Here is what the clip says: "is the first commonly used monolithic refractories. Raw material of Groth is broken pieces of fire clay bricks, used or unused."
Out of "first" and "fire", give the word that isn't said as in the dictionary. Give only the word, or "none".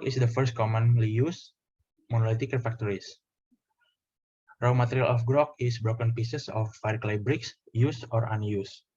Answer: none